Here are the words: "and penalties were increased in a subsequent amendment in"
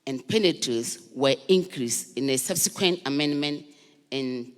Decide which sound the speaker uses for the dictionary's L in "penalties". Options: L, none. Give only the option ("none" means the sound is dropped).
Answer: none